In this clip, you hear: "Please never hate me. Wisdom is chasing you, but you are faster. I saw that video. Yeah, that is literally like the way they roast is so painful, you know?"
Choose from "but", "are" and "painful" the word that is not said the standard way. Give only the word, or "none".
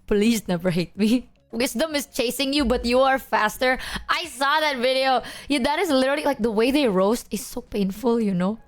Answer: none